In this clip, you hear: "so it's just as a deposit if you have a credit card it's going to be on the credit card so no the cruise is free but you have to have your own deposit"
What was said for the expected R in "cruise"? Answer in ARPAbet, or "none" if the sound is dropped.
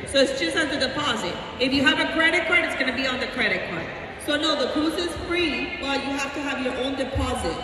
none